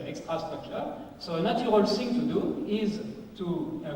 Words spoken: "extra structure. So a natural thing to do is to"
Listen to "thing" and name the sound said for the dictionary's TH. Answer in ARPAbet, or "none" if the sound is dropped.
S